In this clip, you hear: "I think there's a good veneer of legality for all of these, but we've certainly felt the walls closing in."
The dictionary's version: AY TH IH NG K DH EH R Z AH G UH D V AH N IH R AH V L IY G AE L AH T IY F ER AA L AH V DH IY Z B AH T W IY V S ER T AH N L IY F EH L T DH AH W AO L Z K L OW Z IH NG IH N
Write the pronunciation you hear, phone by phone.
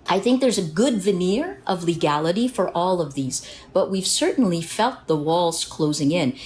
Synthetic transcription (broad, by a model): AY TH IH NG K DH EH R Z AH G UH D V AH N IH R AH V L IY G AE L AH T IY F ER AA L AH V DH IY Z B AH T W IY V S ER T N L IY F EH L T DH AH W AO L Z K L OW Z IH NG IH N